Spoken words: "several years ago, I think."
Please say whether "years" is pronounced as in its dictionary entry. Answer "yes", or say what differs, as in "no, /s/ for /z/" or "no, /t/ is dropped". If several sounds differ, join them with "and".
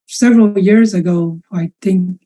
yes